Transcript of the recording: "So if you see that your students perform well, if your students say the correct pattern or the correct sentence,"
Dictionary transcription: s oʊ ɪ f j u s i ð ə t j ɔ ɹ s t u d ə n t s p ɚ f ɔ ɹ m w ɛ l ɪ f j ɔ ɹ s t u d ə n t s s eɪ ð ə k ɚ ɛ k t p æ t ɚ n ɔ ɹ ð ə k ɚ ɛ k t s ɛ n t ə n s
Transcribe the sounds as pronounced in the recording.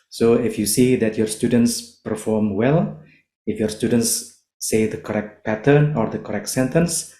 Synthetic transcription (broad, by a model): s oʊ ɪ f j u s i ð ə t j ɔ ɹ s t u d ə n t s p ɚ f ɔ ɹ m w ɛ l ɪ f j ɔ ɹ s t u d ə n t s s eɪ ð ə k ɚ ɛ k t p æ t ɚ n ɔ ɹ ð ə k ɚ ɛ k t s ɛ n t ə n s